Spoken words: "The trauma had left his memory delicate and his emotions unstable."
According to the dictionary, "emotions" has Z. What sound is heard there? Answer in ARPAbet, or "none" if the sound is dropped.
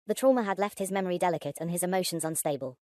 Z